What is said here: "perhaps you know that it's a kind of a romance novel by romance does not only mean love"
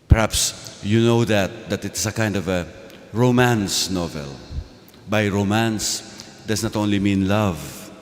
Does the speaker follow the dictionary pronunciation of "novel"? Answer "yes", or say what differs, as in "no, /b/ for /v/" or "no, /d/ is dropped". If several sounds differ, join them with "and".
yes